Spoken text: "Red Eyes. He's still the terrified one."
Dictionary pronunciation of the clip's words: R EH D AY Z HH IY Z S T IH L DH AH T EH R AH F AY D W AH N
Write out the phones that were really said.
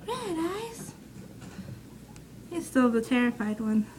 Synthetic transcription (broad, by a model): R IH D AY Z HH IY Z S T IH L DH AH T EH R AH F AY D W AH N